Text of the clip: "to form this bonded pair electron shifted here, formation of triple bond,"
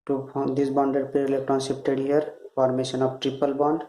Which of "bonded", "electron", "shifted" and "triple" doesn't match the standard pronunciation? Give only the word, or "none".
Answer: shifted